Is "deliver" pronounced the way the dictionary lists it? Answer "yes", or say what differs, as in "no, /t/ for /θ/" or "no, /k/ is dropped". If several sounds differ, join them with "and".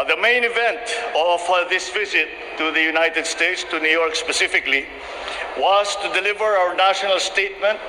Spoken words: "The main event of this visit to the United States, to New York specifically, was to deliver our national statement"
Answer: yes